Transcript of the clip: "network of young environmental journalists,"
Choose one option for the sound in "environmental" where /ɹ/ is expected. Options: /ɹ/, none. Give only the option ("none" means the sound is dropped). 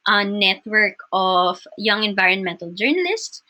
/ɹ/